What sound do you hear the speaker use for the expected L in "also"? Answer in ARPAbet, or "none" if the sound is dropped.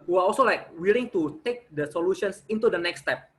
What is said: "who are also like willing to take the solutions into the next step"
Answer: L